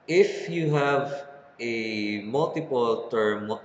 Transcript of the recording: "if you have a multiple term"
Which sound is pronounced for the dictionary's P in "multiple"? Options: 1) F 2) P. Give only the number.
2